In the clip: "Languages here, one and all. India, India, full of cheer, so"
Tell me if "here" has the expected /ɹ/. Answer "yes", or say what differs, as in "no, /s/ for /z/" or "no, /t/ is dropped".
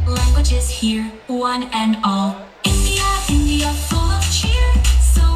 yes